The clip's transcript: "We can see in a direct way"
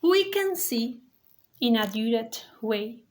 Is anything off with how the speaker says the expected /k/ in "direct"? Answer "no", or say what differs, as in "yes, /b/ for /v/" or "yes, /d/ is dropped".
yes, /k/ is dropped